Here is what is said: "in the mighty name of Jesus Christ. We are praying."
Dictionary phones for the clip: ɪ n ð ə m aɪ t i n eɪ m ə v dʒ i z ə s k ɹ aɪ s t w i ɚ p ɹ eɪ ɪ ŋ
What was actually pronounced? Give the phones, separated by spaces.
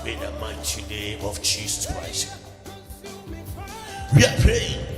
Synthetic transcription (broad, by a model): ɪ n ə m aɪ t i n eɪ ə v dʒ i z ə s k ɹ aɪ s t w i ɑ p ɹ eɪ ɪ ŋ